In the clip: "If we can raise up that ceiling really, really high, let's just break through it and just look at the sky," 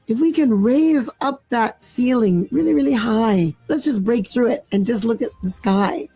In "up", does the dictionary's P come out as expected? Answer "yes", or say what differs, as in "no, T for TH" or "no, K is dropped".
yes